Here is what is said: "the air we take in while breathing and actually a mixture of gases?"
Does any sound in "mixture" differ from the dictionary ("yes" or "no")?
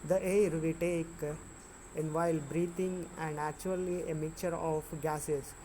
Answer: yes